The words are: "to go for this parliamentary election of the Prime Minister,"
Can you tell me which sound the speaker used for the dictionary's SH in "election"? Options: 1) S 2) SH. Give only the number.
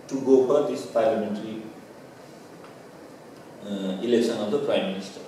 1